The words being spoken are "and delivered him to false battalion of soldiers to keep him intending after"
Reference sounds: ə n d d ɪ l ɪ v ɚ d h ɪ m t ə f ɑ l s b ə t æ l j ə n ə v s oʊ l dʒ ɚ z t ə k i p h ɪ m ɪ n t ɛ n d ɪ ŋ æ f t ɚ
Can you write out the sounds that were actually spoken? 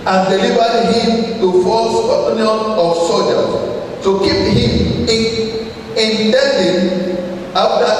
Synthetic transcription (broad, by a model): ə n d d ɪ l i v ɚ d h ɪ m t ə f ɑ s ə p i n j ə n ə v s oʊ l dʒ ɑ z t ə k i p h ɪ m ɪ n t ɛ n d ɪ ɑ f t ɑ